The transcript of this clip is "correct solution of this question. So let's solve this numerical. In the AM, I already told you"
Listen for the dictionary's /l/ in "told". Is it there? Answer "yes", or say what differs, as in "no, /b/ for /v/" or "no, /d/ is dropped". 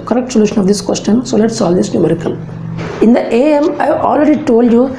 yes